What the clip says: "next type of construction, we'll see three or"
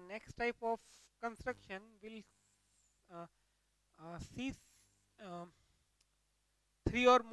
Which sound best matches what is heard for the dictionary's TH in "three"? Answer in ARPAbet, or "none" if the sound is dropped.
S